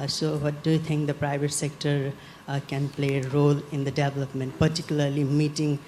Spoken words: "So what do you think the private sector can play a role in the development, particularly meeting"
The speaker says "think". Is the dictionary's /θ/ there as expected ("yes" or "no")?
no